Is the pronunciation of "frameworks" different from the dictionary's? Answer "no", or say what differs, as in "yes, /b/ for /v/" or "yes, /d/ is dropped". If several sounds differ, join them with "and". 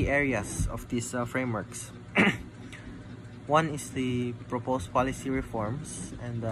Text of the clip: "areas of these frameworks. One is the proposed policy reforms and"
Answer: no